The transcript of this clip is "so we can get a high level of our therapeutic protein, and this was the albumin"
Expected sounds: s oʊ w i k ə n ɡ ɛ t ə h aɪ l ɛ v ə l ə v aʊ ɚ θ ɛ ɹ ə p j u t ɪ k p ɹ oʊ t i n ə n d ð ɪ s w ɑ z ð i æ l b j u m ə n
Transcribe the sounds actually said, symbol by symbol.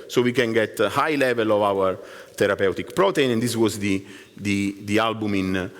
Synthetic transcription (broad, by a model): s oʊ w i k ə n ɡ ɛ t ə h aɪ l ɛ v ə l ə v aʊ ɚ t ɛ ɹ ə p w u t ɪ k p ɹ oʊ t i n ə n d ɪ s w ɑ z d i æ l b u m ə n